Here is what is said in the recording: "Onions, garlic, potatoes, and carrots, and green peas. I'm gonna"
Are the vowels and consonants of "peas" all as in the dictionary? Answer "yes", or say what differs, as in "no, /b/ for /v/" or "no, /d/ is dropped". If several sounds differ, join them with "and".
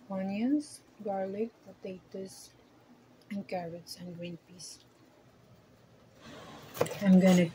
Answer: no, /s/ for /z/